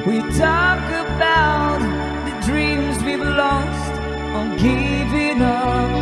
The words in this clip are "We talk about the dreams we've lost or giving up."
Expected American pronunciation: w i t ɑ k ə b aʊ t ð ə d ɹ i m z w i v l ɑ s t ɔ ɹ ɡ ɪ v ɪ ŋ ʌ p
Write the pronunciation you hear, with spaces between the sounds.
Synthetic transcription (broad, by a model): w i t ɑ k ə b aʊ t ð ə d ɹ i m z w i b l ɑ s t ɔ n ɡ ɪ v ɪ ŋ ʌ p